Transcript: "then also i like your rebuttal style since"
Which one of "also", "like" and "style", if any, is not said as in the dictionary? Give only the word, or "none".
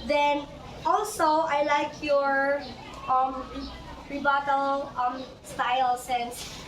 none